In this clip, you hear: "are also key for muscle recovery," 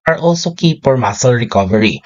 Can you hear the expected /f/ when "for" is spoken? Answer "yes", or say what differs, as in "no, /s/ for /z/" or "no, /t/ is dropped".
no, /p/ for /f/